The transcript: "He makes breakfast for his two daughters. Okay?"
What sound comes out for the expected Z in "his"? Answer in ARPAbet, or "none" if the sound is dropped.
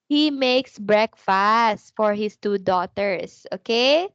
S